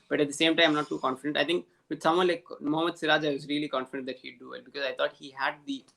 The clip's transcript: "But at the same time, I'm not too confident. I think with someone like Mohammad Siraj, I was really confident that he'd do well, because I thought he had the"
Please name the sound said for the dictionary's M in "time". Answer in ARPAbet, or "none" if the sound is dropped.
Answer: none